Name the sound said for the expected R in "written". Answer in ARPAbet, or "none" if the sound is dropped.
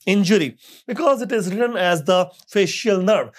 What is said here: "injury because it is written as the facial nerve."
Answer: R